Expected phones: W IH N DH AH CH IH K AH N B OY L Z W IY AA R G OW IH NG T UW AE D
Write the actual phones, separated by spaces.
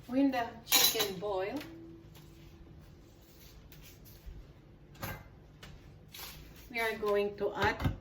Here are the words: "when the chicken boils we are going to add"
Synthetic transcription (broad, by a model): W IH N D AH CH IH K AH N B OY L W IY AA R G OW IH NG T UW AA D